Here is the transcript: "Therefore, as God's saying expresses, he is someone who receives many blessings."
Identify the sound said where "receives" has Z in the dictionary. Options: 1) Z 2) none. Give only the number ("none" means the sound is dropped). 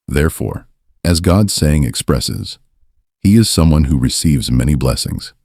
1